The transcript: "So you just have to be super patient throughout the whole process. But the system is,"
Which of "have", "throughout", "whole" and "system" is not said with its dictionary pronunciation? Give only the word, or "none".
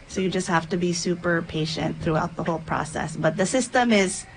have